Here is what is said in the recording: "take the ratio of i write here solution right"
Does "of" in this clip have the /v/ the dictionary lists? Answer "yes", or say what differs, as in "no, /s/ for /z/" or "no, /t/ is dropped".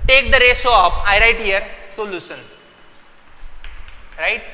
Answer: no, /p/ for /v/